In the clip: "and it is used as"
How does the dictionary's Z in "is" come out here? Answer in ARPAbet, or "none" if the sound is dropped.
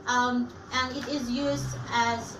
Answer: Z